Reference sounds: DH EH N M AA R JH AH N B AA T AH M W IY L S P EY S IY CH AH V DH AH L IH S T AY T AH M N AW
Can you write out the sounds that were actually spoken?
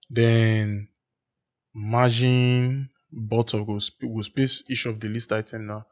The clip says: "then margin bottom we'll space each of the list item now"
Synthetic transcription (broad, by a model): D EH N M AA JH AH N B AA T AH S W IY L S P EY S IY SH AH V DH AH L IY S T AY T AH M N AW